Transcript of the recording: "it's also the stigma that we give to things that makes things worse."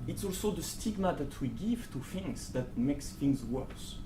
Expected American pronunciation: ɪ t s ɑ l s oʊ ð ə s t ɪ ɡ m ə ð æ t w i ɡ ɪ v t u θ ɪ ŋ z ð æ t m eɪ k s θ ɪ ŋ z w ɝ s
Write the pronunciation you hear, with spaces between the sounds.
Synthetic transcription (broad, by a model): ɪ t s ɑ l s oʊ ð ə s t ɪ ɡ m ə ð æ t w i ɡ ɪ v t u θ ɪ ŋ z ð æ t m eɪ k s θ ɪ ŋ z w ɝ s